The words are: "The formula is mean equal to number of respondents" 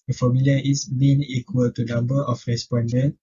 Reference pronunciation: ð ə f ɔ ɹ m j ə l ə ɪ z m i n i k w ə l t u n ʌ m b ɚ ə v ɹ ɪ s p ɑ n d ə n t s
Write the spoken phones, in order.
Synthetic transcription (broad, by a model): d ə f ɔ m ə l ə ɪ s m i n i k w ə l t u n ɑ m b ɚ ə f ɹ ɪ s p ɑ n d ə n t